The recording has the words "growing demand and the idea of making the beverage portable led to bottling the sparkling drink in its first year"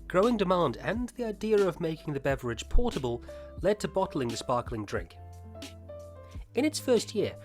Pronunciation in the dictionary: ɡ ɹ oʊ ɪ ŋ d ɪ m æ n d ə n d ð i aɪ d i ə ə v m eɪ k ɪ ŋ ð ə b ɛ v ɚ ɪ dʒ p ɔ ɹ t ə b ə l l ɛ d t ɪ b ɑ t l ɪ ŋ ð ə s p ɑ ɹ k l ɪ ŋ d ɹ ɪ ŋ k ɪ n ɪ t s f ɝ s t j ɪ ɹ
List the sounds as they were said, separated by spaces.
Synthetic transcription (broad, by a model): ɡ ɹ oʊ ɪ ŋ d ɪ m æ n d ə n ð i aɪ d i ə ə v m eɪ k ɪ ŋ ð ə b ɛ v ɚ ɪ dʒ p ɔ ɹ t ə b ə l l ɛ d t ɪ b ɑ t l ɪ ŋ ð ə s p ɑ ɹ k l ɪ ŋ d ɹ ɪ ŋ k ɪ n ɪ t s f ɝ s t j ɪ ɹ